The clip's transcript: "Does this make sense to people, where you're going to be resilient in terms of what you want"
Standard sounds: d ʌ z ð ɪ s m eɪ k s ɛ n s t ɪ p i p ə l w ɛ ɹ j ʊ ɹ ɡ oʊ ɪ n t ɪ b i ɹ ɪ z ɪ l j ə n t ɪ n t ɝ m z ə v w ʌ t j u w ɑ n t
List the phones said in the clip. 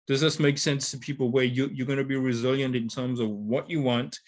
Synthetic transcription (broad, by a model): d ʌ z ð ɪ s m eɪ k s ɛ n s t ɪ p i p l w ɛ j j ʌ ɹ ɡ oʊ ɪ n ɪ b i ɹ ɪ z ɪ l j ə n t ɪ n t ɝ m z ə v w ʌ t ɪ w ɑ n t